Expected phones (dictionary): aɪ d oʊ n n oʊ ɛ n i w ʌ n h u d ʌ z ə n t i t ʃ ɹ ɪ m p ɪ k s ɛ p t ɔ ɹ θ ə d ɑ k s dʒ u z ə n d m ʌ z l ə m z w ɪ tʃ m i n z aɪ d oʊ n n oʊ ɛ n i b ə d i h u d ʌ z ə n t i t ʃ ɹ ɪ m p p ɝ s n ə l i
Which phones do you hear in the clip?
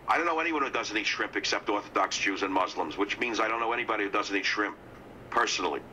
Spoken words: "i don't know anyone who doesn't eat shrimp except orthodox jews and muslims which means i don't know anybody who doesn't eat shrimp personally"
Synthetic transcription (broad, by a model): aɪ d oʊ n n oʊ ɛ n i w ʌ n h u d ʌ z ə n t i t ʃ ɹ ɪ m p ɪ k s ɛ p t ɔ ɹ θ ə d ɑ k s dʒ u z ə n m ʌ z l ə m z w ɪ tʃ m i n z aɪ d oʊ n n oʊ ɛ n i b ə d i h u d ʌ z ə n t i t ʃ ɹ ɪ m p p ɝ s n l i